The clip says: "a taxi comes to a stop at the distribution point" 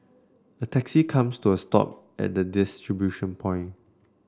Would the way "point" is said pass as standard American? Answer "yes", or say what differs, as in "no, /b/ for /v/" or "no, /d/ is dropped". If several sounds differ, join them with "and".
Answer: no, /t/ is dropped